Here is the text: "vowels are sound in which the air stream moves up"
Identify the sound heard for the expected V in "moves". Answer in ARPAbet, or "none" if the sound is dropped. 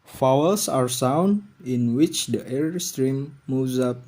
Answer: none